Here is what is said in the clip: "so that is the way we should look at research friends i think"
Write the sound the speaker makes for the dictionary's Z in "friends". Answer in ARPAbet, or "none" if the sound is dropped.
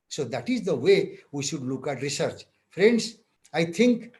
S